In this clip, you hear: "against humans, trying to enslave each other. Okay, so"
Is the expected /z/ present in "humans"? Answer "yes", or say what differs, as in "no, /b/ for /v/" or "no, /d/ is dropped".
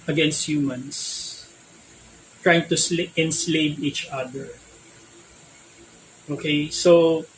no, /s/ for /z/